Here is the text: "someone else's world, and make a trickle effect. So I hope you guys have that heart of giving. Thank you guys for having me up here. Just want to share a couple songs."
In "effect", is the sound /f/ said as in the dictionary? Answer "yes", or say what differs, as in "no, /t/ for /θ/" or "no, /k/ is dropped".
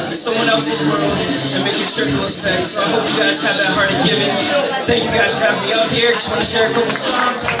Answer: no, /f/ is dropped